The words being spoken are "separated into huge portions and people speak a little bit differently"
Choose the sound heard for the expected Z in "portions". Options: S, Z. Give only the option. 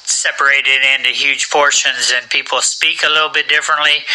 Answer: Z